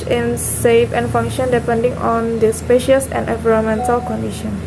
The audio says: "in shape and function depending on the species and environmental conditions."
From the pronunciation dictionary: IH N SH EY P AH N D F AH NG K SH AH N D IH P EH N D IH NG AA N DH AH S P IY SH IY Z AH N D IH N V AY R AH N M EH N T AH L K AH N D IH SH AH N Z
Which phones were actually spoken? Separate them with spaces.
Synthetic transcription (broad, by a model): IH N S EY F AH N F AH NG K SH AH N D IH P EH N D IH NG AA N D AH S P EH SH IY S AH N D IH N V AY R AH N M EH N T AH L K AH N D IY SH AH N